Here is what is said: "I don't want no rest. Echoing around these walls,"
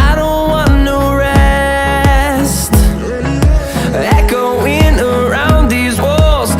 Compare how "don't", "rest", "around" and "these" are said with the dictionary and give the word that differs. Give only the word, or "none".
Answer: none